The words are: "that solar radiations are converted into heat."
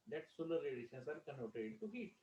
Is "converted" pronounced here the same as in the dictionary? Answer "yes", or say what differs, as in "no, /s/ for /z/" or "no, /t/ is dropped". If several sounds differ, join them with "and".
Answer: no, /v/ is dropped